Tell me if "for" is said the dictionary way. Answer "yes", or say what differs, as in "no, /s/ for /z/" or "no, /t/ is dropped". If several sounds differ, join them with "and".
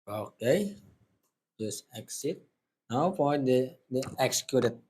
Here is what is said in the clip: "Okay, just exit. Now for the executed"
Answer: no, /p/ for /f/